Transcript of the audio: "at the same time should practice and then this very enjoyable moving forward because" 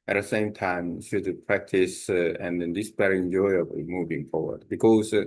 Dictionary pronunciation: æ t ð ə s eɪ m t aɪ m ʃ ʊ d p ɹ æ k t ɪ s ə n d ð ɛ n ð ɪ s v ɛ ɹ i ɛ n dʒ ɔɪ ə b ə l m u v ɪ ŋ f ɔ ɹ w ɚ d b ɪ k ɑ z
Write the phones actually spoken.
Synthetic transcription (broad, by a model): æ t ð ə s eɪ m t aɪ m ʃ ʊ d p ɹ æ k t ɪ s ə n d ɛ n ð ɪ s b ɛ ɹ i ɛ n dʒ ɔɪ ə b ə m u v ɪ ŋ f ɔ ɹ w ɚ d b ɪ k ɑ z